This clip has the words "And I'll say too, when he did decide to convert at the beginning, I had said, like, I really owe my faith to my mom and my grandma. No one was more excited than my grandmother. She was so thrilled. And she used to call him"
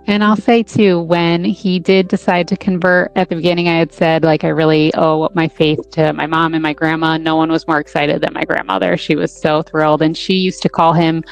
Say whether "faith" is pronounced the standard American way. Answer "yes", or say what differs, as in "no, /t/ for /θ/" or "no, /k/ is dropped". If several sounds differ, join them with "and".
yes